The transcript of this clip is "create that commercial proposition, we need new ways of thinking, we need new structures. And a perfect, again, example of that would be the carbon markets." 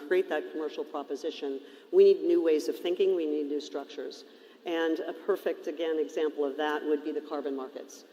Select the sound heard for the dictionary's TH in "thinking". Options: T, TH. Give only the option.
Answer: TH